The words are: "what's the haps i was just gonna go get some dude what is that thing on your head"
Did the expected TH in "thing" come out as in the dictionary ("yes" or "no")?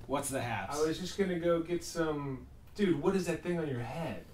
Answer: yes